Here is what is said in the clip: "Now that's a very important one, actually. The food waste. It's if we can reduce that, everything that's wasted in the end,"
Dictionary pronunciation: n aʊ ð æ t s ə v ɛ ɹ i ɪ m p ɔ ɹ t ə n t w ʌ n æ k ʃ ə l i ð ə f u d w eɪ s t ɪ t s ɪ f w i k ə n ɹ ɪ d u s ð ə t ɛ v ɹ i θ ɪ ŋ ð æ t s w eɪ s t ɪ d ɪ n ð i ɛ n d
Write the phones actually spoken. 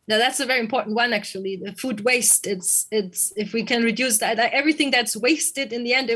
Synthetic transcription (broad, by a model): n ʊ ð æ t s ə v ɛ ɹ i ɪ m p ɔ ɹ t n t w ʌ n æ k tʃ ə l i ð ə f u d w eɪ s t ɪ t s ɪ f w i k ə n ɹ ɪ d u s ð ə t ɛ v ɹ i θ ɪ ŋ ð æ t s w eɪ s t ɪ d ɪ n ð i ɛ n d